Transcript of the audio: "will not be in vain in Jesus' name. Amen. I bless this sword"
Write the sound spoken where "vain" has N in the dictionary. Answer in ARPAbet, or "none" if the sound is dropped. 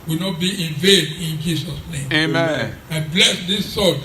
N